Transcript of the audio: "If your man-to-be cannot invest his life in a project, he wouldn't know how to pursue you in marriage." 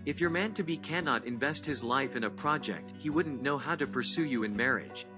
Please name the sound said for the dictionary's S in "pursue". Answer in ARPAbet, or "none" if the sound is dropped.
S